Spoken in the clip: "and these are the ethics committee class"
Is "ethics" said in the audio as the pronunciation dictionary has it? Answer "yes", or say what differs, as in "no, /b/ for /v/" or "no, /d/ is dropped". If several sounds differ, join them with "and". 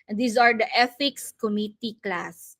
no, /f/ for /θ/